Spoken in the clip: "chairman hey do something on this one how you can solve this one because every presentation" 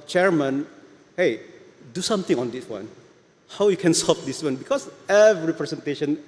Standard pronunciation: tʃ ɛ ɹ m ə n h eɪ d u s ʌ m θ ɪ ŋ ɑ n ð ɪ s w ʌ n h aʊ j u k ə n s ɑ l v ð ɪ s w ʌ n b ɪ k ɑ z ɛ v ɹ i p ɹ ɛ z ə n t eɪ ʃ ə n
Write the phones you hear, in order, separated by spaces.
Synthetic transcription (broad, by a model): tʃ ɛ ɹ m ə n h eɪ d u s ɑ m t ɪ ŋ ɑ n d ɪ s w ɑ n h aʊ j u k ə n s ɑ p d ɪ s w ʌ n b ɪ k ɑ s ɛ v ɹ i p ɹ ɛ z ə n t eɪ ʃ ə n